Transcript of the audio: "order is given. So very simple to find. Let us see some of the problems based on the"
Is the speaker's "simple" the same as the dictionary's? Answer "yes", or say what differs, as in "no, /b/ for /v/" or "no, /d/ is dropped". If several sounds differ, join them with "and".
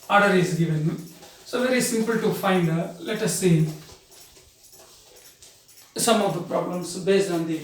yes